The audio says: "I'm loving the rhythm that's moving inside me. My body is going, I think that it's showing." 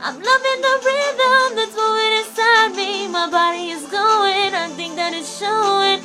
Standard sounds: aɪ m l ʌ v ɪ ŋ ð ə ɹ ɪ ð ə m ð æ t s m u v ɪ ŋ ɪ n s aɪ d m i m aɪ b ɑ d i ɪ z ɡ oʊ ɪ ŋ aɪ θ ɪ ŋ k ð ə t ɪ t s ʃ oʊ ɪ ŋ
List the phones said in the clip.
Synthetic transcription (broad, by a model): aɪ m l ʌ v ɪ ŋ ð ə ɹ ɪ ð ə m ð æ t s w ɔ w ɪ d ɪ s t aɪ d m i m aɪ b ɑ d i ɪ z ɡ oʊ ɪ ŋ aɪ θ ɪ ŋ k ð ə t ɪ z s ʃ oʊ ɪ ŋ